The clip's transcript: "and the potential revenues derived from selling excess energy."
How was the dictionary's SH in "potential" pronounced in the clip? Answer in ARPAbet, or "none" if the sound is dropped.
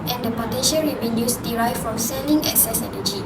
SH